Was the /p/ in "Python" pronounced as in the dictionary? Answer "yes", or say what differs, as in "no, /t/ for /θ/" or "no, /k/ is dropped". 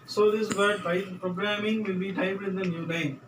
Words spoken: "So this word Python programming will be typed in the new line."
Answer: no, /b/ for /p/